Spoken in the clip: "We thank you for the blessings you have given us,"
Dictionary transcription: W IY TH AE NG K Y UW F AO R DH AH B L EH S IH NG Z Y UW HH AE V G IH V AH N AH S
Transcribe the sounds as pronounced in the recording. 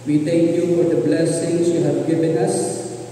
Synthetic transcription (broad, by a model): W IY T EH NG K Y UW F AO R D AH B L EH S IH NG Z Y UW HH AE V G IH V AH N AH S